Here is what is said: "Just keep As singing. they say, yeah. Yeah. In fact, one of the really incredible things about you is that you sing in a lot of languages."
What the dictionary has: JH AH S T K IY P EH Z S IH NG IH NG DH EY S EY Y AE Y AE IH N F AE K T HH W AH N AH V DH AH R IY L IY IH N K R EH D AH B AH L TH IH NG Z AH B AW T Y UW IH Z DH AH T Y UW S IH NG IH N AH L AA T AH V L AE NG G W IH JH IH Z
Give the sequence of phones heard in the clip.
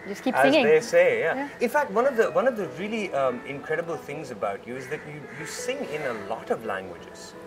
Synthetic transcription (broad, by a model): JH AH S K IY AH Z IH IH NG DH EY S EY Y Y AE IH N F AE K T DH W AH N AH V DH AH R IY L IY IH N K R EH D AH B AH L TH IH NG Z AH B AW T Y UW IH Z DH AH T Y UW S IH NG IH N AH L AA T AH V L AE NG G W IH JH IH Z